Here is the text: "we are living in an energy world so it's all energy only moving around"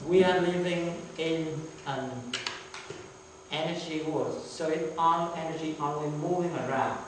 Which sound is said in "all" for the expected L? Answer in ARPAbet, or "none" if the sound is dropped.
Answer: N